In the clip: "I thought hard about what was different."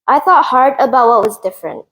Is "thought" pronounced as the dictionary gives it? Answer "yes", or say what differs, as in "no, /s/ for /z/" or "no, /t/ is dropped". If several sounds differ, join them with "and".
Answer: yes